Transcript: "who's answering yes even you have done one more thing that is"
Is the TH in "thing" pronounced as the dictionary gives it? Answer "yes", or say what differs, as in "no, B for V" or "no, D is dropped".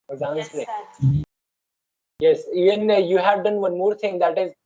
no, T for TH